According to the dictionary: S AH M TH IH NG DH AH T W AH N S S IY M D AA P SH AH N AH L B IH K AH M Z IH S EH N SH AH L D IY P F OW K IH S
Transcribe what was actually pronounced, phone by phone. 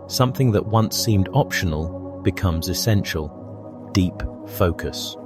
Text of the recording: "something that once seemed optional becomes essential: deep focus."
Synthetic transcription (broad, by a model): S AH M TH IH NG DH AH T W AH N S S IY M D AA P SH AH N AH L B IH K AH M Z IH S EH N SH AH L D IY P F OW K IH S